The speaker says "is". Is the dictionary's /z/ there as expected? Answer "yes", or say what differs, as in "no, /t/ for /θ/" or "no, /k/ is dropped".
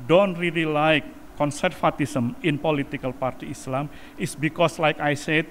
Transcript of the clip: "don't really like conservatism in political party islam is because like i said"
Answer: no, /s/ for /z/